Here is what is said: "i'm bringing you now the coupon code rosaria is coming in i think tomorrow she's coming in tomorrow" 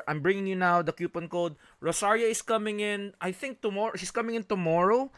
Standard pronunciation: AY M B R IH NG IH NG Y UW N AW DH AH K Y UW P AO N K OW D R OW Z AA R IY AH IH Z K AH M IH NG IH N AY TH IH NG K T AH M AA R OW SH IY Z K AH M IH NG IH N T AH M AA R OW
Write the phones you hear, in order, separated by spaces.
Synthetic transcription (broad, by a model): AY M B R IH NG IH NG Y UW N AW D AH K Y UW P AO N K OW D R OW S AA R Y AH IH S K AH M IH NG IH N AY TH IH NG K T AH M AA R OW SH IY S K AH M IH NG IH N T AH M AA R OW